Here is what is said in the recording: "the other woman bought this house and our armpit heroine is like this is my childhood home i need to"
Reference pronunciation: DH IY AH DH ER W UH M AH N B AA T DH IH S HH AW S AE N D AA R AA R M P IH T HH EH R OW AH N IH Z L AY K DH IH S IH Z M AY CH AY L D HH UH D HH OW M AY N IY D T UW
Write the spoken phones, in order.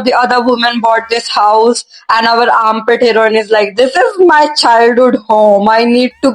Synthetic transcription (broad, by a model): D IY AH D ER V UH M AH N B AA T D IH S HH AW S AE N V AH R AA M P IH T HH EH R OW N IH Z L AY K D IH S IH Z M AY CH AY L D HH UH D HH OW M AY N IY D T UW